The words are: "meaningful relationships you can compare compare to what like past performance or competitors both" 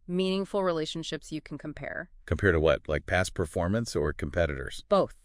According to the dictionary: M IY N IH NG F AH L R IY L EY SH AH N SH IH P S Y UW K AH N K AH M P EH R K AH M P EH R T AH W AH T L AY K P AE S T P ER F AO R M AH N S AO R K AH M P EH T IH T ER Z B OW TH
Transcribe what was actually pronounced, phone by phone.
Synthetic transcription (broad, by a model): M IY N IH NG F L R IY L EY SH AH N SH IH P S Y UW K N K AH M P EH R K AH M P EH R T AH W AH T L AY K P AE S P ER F AO R M AH N S AO R K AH M P EH T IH T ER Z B OW TH